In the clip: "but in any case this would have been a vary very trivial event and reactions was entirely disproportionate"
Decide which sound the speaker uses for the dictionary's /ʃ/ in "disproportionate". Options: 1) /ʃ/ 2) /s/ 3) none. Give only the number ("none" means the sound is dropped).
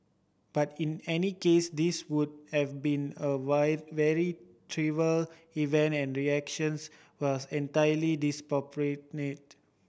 3